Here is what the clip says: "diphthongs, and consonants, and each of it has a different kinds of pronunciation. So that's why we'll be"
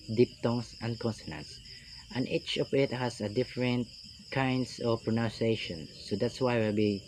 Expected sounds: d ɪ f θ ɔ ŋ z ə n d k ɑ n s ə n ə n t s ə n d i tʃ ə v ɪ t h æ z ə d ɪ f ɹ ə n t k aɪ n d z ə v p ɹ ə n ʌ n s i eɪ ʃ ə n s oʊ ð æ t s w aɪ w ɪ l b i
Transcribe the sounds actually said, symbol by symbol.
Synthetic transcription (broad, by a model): d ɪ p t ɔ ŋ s ə n d k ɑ n s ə n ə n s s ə n i tʃ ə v ɪ t h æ s ə d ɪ f ɹ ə n t k aɪ n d s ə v p ɹ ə n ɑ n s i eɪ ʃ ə n s oʊ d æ t s w aɪ w ɪ l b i